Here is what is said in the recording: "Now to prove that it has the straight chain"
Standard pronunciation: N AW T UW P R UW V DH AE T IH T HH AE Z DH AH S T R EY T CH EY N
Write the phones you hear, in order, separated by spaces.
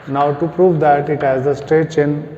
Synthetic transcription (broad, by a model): N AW T UW P R UW V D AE T IH T HH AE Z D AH S T EY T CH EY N